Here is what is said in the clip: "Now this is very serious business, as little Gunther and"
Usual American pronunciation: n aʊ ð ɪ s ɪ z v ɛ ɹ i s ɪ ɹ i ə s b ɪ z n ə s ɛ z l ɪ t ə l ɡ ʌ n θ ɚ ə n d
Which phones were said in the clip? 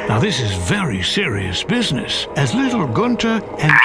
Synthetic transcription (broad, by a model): n aʊ ð ɪ s ɪ z v ɛ ɹ i s ɪ ɹ i ə s b ɪ z n ə s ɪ z l ɪ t l ɡ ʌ n t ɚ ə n